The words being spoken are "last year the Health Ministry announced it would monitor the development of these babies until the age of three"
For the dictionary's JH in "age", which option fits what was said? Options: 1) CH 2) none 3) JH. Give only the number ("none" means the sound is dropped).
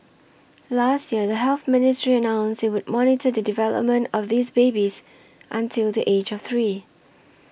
3